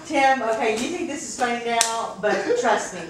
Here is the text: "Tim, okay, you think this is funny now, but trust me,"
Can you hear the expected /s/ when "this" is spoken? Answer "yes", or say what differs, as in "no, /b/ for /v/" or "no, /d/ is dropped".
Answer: yes